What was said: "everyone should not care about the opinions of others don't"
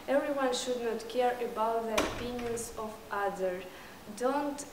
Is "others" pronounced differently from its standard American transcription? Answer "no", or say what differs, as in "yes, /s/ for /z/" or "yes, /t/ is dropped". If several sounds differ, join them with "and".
yes, /z/ is dropped